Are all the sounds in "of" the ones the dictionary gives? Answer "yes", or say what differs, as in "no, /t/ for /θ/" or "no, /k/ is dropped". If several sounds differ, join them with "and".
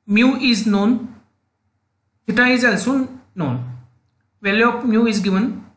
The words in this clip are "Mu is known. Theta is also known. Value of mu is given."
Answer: no, /p/ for /v/